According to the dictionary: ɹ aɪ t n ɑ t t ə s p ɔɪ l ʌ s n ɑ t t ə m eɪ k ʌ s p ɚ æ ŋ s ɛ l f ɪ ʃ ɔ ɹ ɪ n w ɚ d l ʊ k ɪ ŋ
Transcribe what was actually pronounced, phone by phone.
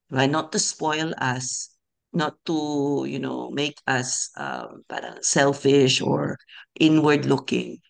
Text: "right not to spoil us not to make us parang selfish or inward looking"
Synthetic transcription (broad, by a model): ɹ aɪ n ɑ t t ə s p ɔɪ l ʌ s n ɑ t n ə m eɪ k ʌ s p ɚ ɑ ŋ s ɛ l f ɪ ʃ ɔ ɹ ɪ n w ɚ d l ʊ k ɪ ŋ